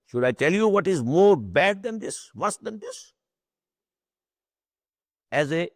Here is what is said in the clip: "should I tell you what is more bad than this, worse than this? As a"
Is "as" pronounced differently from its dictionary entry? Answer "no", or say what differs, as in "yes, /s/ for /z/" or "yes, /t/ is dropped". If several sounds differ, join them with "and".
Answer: no